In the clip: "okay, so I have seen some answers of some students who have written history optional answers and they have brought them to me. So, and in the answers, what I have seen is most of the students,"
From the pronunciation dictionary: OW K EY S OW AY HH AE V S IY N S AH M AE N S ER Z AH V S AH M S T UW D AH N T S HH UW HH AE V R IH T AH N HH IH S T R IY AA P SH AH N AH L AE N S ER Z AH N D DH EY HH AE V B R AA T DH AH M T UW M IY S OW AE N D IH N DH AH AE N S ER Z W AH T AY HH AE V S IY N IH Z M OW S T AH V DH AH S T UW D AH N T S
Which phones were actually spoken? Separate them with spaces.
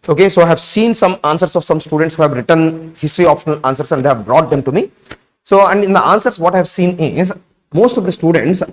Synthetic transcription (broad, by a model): OW K EY S OW AY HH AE V S IY N S AH M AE N S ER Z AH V S AH M S T UW D AH N T S HH UW HH AE V R IH T AH N HH IH S T R IY AA P SH AH N AH L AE N S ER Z AH N D EY HH AE V B R AA T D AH M T UW M IY S OW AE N D IH N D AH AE N S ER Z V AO T AY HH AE V S IY N IH Z M OW S T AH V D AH S T UW D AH N T S